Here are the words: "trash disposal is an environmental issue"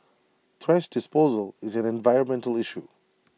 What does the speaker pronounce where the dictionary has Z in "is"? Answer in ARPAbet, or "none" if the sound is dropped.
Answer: Z